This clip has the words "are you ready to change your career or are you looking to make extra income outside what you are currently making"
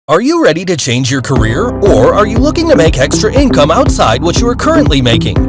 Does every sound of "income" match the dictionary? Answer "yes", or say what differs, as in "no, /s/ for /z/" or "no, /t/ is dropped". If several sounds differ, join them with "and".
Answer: yes